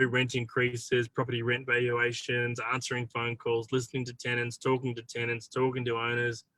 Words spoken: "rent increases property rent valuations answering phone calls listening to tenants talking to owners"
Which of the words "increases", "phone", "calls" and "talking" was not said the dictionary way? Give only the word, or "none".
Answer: none